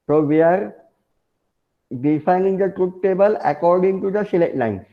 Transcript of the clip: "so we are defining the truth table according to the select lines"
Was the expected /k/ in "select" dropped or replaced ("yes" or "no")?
yes